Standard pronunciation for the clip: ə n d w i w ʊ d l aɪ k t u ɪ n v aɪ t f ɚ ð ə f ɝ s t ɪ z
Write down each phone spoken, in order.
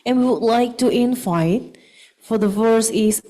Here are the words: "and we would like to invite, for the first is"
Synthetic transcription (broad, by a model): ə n w i w ʊ d l aɪ k t u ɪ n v aɪ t f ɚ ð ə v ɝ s ɪ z